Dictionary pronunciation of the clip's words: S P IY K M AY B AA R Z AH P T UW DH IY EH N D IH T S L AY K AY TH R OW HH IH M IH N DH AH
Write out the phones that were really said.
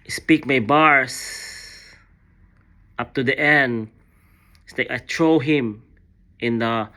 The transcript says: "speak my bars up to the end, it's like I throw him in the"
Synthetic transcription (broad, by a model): S P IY K M AY B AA R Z AH P T UW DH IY EH N D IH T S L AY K AY T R OW HH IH M IH N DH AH